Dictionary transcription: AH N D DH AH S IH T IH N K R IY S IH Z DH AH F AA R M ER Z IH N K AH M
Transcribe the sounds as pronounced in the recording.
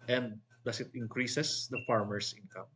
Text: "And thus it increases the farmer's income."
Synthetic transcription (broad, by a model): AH N D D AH S IH T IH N K R IY S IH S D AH F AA R M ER S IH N K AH M